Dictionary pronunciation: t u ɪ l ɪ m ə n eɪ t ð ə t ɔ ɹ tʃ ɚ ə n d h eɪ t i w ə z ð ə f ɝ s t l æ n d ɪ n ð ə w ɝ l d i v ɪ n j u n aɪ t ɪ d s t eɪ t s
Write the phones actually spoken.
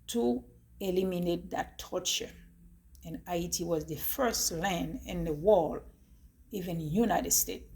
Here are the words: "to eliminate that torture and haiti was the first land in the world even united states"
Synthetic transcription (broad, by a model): t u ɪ l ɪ m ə n eɪ t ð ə t ɔ ɹ tʃ ɚ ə n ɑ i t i w ə z ð ə f ɝ s t l æ n d ɪ n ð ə w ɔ l i v ɪ n j u n aɪ t ɪ d s t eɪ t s